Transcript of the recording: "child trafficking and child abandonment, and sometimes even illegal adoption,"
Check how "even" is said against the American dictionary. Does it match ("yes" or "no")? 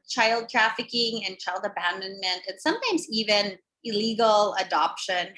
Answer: yes